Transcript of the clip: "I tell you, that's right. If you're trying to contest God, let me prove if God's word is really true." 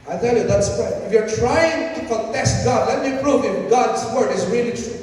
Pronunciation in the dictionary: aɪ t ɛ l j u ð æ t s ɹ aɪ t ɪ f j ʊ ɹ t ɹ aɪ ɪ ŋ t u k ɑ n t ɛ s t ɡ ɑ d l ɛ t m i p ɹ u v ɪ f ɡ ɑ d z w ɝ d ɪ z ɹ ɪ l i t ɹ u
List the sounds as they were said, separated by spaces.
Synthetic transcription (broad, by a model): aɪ t ɛ l j u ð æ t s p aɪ ɪ f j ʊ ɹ t ɹ aɪ ɪ ŋ t u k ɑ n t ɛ s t ɡ ɑ d l ɛ t m i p ɹ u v ɪ f ɡ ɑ d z w ɝ d ɪ z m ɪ n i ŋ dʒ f